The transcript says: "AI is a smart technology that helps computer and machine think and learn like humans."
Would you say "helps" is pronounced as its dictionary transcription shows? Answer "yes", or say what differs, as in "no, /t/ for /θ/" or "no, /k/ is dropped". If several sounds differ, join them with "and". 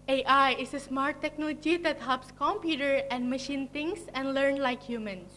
yes